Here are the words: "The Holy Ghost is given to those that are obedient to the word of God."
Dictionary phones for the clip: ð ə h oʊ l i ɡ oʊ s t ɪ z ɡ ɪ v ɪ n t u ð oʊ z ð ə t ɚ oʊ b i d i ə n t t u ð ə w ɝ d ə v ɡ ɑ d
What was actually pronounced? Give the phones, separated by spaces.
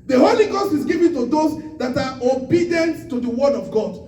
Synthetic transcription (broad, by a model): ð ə h oʊ l i ɡ oʊ s t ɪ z ɡ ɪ v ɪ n t u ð oʊ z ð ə t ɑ oʊ b i d i ə n t t u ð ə w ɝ d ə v ɡ ɑ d